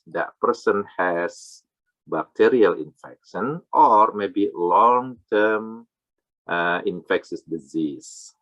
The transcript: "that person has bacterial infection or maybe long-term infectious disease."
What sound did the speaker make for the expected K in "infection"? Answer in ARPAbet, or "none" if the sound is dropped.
K